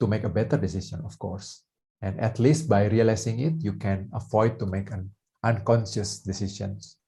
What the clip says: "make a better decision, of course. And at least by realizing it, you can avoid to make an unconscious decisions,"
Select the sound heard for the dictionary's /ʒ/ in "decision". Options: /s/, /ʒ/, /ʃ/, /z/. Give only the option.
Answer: /s/